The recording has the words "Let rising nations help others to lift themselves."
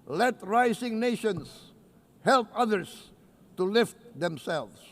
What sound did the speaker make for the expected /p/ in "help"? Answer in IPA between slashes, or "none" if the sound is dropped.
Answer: /p/